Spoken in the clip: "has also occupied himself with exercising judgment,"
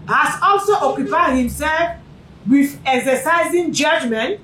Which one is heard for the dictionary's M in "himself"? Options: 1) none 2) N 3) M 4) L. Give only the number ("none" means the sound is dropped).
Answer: 3